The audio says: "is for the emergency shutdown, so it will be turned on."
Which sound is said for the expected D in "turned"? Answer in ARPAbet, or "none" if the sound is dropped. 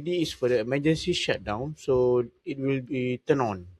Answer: none